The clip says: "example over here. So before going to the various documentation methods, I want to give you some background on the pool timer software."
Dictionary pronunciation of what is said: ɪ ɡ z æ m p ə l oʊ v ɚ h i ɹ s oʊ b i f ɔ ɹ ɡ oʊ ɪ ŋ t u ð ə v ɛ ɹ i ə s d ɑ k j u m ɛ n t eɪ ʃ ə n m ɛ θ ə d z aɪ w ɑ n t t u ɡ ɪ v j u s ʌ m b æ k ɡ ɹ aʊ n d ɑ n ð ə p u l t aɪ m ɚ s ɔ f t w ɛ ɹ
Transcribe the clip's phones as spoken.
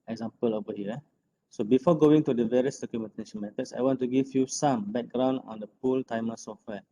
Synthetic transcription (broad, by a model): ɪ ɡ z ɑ m p ə l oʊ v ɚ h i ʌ s oʊ b i f ɔ ɡ oʊ ɪ ŋ t u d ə v ɛ ɹ i ə s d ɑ k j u m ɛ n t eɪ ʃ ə n m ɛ t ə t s aɪ w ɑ n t t u ɡ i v j u s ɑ m b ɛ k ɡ ɹ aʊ n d ɑ n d ə p u l t aɪ m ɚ s ɔ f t w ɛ